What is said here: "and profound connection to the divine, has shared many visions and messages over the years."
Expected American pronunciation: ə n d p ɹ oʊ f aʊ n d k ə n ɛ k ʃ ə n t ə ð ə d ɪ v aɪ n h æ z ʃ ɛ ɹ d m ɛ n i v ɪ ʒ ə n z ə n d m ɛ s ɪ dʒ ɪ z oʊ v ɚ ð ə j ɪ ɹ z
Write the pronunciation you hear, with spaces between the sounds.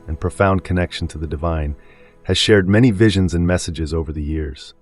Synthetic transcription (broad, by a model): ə n p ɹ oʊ f aʊ n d k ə n ɛ k ʃ n t ə ð ə d ɪ v aɪ n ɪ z ʃ ɛ ɹ d m ɛ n i v ɪ ʒ ə n z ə n m ɛ s ɪ dʒ ɪ z oʊ v ɚ ð ə j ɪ ɹ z